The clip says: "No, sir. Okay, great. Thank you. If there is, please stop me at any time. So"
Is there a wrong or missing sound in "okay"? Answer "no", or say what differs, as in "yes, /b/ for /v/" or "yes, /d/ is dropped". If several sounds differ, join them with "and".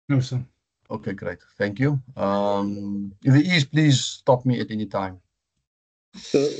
no